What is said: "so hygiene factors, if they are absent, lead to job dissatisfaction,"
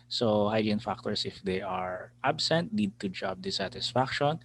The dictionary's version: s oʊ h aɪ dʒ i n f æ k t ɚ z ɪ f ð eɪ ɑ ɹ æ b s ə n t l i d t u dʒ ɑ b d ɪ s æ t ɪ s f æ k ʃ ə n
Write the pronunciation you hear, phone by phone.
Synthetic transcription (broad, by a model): s oʊ h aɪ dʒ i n f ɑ k t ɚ s ɪ f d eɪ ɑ ɹ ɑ b s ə n t n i d t u dʒ ɑ b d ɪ s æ t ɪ s f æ k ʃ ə n